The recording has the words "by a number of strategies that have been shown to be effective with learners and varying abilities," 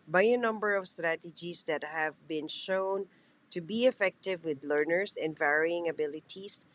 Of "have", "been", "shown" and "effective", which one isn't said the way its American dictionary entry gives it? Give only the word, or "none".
none